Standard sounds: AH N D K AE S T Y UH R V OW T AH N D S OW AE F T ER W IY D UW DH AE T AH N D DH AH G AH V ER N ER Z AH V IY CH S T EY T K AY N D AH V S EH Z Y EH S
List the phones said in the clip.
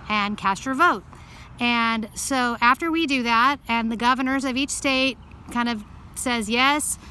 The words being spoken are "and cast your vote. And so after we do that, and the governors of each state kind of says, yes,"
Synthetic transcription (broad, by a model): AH N K AE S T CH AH R V OW T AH N S OW AE F T ER W IY D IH DH AE T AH N DH AH G AH V ER N ER Z AH V IY CH S T EY T K AY N D AH V S EH Z Y EH S